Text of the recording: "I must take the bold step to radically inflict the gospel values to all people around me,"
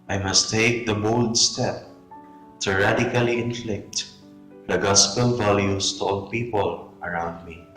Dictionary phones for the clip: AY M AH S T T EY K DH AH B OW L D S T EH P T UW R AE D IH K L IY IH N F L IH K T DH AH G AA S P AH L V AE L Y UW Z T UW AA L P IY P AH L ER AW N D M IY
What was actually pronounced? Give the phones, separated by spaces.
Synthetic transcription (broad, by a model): AY M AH S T T EY K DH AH B OW L D S T EH P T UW R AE D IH K L IY IH N F L IH K T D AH G AA S P AH L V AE L Y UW S T UW AA L P IY P AH L ER AW N D M IY